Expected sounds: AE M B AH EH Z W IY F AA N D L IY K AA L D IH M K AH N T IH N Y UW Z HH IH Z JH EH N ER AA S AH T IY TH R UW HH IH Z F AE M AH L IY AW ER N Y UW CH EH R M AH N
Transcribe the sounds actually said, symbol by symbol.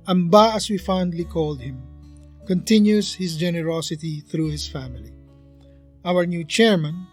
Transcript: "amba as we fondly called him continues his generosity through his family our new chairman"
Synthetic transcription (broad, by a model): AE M B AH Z W IY F AA N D L IY K AA L D IH M K AH N T IH N Y UW Z HH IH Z JH EH N ER AA S AH T IY TH R UW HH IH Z F AE M AH L IY AW ER N Y UW CH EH R M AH N